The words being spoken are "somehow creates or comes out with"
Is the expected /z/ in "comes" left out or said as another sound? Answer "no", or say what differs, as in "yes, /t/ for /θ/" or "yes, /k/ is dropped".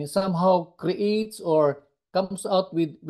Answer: yes, /s/ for /z/